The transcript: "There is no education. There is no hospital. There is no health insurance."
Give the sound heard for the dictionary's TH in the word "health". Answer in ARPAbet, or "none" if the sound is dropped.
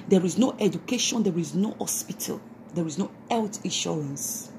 T